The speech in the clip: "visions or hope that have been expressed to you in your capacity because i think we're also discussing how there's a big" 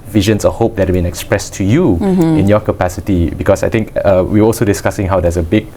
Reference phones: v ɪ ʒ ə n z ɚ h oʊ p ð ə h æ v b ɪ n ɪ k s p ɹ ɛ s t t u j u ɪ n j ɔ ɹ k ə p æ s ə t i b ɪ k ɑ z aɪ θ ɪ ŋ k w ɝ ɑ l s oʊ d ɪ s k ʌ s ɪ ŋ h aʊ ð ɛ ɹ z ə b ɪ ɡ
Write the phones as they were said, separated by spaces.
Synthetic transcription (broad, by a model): v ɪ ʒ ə n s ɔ h oʊ p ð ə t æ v b ɪ n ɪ k s p ɹ ɛ s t t u j u ɪ n j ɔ k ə p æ s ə t i b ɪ k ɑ s aɪ t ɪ ŋ k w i ɑ l s oʊ d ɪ s k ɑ s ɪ ŋ h aʊ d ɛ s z ə b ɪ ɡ